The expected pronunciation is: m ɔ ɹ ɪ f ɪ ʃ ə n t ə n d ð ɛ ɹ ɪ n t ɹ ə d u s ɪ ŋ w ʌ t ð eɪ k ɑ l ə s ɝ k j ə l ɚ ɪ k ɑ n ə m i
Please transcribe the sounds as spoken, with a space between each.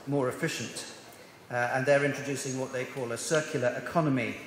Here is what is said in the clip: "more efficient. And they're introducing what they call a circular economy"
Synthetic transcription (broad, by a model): m ɔ ɹ ɪ f ɪ ʃ ə n t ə n ð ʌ ɹ ɪ n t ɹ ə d u s ɪ ŋ w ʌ t ð eɪ k ɑ l ə s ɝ k j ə l ɚ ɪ k ɑ n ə m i